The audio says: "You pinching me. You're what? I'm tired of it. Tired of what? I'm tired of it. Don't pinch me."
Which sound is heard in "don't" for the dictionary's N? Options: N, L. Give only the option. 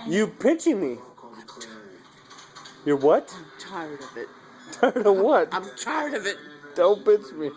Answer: L